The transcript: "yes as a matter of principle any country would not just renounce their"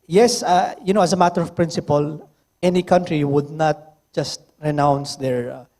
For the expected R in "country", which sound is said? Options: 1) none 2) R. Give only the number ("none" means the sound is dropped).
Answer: 2